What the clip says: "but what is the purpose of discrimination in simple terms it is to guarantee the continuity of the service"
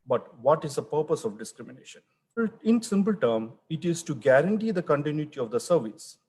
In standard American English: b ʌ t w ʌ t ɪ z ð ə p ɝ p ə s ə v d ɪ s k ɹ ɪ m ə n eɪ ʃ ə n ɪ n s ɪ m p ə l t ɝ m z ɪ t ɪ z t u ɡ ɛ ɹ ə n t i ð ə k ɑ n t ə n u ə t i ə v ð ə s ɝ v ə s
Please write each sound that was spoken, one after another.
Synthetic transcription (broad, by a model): b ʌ t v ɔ t ɪ z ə p ɝ p ə s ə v d ɪ s k ɹ ɪ m ə n eɪ ʃ ə n ɪ n s ɪ m p ə l t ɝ m ɪ t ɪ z t u ɡ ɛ ɹ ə n t i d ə k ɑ n t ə n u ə t i ə v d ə s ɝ v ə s